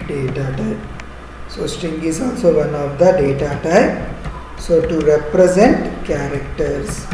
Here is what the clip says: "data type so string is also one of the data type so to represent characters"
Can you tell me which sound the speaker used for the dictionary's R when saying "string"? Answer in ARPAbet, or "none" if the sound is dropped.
none